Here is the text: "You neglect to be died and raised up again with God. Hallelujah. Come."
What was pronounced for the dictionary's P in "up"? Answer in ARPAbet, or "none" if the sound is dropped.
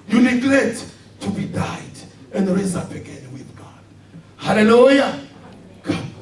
B